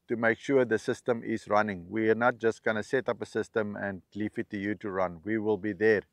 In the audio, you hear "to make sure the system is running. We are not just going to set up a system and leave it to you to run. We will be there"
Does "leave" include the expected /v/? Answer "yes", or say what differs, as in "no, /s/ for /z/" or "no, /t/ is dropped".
no, /f/ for /v/